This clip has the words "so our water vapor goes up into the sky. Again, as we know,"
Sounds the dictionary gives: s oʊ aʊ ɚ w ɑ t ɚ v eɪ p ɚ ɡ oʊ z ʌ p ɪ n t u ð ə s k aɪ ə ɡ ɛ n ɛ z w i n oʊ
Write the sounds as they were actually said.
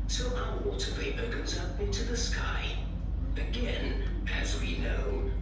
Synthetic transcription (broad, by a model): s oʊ aʊ ɚ w ɑ t ɚ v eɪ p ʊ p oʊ z ʌ p ɪ n t u ð ə s k aɪ ə ɡ ɛ n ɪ z w i n oʊ